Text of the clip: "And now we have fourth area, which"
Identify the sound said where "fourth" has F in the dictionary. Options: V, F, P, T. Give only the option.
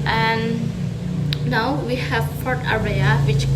P